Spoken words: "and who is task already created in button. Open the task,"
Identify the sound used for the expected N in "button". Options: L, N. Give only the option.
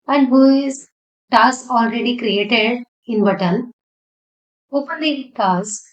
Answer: L